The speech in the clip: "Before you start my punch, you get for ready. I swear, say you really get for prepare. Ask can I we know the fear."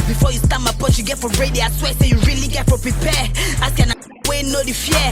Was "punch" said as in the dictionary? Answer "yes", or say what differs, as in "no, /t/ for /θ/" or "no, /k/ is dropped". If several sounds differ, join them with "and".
no, /n/ is dropped